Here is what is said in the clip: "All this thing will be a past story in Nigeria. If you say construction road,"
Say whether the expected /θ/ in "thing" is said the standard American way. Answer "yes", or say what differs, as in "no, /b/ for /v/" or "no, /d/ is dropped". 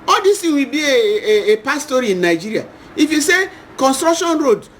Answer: no, /t/ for /θ/